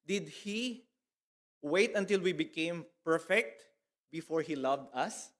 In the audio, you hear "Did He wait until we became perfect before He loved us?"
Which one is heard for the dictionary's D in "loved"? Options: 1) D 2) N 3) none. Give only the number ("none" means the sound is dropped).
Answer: 1